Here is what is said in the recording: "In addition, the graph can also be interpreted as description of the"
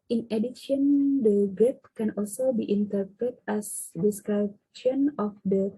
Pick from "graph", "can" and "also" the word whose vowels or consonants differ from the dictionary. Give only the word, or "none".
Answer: graph